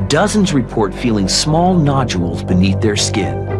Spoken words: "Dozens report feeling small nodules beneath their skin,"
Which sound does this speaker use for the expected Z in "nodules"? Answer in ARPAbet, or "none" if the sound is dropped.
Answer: Z